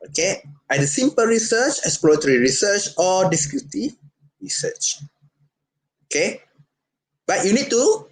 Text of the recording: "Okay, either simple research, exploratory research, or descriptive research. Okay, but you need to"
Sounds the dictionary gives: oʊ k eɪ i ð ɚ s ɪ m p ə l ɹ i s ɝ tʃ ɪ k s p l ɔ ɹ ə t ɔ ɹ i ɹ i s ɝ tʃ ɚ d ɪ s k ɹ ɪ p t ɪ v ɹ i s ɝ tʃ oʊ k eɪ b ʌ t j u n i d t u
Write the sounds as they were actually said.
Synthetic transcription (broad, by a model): oʊ k eɪ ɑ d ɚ s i m p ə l ɹ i s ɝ tʃ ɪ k s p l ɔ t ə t ɹ i ɹ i s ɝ tʃ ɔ d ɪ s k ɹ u t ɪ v ɹ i s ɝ tʃ oʊ k eɪ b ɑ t j u n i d t u